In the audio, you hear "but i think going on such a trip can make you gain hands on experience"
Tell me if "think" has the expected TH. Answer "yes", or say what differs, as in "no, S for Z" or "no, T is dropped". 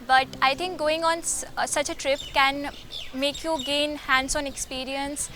no, T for TH